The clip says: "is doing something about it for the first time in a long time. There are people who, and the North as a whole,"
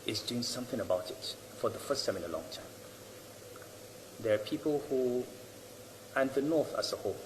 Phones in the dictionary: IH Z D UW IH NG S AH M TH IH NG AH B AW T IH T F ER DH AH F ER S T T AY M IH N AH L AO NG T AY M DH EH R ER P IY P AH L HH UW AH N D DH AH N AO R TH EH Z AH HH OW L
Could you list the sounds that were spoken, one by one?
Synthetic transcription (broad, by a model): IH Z D UW IH NG S AH M TH IH NG AH B AW T IH T F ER DH AH F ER S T S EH M IH N AH L AO NG T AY M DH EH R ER P IY P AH L HH UW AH N DH AH N AO R TH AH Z AH HH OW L